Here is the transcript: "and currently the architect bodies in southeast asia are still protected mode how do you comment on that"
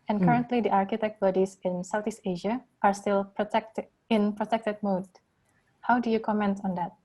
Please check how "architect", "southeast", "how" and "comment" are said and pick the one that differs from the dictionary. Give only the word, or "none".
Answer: southeast